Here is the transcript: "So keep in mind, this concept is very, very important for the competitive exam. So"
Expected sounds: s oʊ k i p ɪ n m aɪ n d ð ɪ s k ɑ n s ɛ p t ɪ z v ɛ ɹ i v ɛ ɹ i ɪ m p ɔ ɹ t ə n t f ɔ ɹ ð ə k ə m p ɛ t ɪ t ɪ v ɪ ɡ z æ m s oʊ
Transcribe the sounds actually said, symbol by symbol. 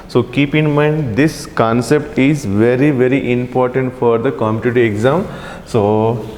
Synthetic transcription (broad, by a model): s oʊ k i p ɪ n m aɪ n d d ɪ s k ɑ n s ɛ p t ɪ z v ɛ ɹ i v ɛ ɹ i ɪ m p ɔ ɹ t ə n t f ɔ ɹ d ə k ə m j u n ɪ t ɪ ɪ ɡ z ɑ m s oʊ